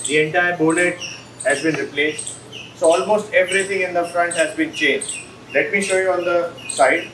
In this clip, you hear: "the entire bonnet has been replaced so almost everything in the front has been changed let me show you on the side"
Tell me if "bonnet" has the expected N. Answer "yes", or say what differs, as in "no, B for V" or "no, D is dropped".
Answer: no, L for N